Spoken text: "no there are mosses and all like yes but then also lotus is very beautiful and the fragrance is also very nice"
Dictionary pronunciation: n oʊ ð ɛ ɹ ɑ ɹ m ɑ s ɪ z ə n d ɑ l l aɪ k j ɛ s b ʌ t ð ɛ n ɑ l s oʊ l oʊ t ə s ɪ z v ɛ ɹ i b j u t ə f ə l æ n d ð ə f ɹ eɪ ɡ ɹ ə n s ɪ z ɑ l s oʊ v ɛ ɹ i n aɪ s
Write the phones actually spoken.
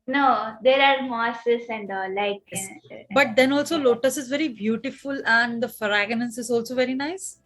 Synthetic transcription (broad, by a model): n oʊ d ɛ ɹ ɑ ɹ m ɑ s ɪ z ə n d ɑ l l aɪ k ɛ b ʌ t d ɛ n ɑ l s oʊ l oʊ t ə s ɪ z v ɛ ɹ i b j u t ə f ə l æ n d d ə f ɹ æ ɡ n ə n s ɪ z ɑ l s oʊ v ɛ ɹ i n aɪ s